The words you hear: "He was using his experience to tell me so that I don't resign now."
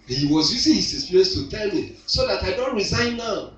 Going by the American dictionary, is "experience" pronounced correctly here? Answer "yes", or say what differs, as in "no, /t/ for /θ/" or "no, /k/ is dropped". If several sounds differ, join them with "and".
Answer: no, /k/ is dropped